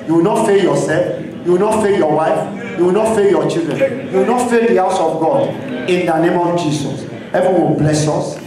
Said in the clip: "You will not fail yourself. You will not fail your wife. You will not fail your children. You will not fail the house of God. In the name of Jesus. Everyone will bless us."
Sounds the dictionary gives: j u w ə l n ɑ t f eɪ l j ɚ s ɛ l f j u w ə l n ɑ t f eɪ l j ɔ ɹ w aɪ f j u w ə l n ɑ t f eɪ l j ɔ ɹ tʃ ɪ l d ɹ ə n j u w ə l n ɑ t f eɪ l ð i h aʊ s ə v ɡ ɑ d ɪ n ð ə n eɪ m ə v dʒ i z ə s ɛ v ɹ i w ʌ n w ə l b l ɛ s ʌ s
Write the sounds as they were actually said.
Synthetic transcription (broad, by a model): j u w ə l n ɑ t f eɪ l j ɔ s ɛ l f j u w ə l n ɑ t f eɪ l j ɔ w aɪ f j u w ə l n ɑ t f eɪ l j ɔ tʃ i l d ɹ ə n j u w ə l n ɑ t f eɪ l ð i h aʊ s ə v ɡ ɑ d ɪ n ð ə n eɪ m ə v dʒ i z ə s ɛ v i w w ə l b l ɛ s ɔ s